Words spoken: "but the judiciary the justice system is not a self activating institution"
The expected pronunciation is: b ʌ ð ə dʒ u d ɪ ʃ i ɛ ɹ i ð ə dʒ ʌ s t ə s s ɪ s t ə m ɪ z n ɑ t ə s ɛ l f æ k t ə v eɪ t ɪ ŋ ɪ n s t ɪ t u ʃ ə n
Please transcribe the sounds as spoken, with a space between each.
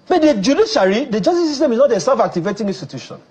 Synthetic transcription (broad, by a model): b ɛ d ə dʒ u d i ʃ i ɹ i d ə dʒ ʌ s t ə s s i s t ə m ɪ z n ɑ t ə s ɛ f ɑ k t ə v eɪ t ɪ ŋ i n s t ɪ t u ʃ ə n